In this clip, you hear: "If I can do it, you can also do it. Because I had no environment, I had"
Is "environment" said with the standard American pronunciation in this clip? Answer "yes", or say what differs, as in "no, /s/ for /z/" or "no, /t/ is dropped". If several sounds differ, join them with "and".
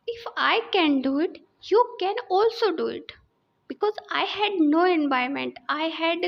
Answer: no, /ɹ/ is dropped and /n/ is dropped